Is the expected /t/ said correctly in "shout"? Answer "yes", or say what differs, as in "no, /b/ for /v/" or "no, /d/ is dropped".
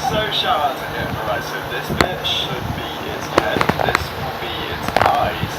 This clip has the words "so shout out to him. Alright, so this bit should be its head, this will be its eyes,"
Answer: no, /t/ is dropped